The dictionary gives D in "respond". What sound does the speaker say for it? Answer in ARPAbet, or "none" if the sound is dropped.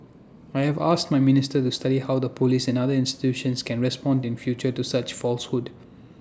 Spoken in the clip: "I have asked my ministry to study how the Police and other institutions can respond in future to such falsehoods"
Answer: D